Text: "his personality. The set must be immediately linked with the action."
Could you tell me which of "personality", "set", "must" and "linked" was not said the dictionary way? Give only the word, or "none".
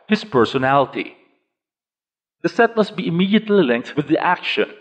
none